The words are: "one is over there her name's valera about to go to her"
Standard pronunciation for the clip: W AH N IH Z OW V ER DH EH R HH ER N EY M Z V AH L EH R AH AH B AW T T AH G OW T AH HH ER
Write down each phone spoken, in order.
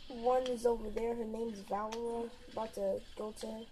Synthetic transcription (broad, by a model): W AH N IH Z OW V ER DH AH R HH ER N EY M Z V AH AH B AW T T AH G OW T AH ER